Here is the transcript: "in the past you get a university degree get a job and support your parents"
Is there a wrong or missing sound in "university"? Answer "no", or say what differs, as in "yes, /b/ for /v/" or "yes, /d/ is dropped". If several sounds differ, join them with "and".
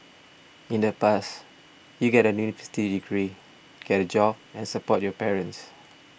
yes, /f/ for /v/